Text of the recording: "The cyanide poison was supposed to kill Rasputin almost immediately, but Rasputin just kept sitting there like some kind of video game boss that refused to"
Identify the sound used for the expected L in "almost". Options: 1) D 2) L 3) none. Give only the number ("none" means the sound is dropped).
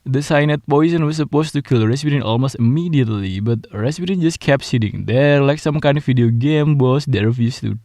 2